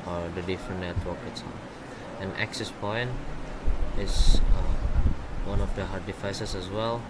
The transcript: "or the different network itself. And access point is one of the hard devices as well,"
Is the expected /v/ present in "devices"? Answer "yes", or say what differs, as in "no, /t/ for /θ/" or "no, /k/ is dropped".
no, /f/ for /v/